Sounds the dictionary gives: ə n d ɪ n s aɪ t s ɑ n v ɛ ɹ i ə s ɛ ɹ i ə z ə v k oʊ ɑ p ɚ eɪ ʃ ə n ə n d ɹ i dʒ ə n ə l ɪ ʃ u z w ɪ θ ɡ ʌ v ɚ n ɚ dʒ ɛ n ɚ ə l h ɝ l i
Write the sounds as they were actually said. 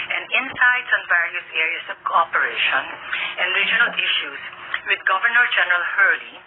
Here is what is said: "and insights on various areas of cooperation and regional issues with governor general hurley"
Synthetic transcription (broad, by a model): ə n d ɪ n s aɪ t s ɑ n v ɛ ɹ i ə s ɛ ɹ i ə s ə v k oʊ ɑ p ɚ eɪ ʃ ə n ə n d ɹ i dʒ ə n ə l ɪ ʃ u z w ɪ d ɡ ʌ v ɚ n ɚ dʒ ɛ n ɚ ə l h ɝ l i